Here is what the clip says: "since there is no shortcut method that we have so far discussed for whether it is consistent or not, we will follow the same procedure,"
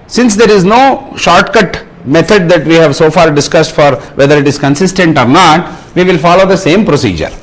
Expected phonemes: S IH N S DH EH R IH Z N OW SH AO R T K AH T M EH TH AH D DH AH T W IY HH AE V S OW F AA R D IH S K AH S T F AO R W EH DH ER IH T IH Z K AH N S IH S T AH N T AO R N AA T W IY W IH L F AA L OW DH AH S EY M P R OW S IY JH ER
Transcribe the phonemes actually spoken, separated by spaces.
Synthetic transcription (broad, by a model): S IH N S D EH R IH Z N OW SH AO R T K AH T M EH T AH D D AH T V IY HH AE V S OW F AA R D IH S K AH S T F AO R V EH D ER IH T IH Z K AH N S IH S T AH N T AO R N AA T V IY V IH L F AA L OW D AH S EY M P R OW S IY JH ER